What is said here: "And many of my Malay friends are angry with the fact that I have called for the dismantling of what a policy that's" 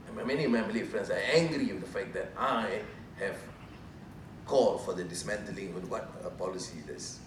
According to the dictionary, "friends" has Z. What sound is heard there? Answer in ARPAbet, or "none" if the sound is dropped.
S